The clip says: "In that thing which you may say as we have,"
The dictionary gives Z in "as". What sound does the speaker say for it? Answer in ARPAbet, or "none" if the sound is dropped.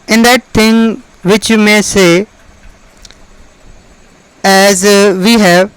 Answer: Z